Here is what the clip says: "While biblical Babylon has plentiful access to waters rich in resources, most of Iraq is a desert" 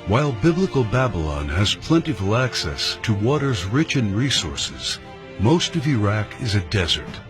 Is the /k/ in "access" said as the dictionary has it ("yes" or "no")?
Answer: yes